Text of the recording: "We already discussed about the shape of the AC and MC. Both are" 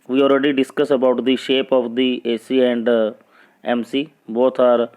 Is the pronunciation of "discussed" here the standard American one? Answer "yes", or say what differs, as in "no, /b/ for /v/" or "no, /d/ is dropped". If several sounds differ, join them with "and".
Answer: no, /t/ is dropped